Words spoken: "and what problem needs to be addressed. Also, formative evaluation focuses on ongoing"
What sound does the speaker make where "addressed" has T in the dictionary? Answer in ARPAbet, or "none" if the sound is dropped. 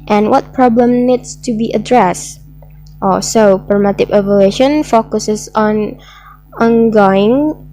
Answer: T